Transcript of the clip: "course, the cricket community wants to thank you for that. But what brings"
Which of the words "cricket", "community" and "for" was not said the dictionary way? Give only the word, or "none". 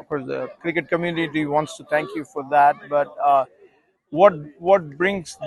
none